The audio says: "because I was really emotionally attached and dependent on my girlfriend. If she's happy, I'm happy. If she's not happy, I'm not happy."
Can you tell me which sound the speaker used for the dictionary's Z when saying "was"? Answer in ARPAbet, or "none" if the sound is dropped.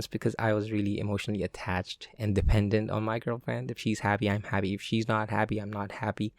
Z